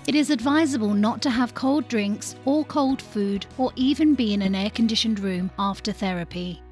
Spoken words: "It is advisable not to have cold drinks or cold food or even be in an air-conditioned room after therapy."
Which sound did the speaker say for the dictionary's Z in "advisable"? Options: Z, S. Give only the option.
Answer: Z